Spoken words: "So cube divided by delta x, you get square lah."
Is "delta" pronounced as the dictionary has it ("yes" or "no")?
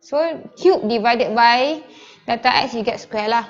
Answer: no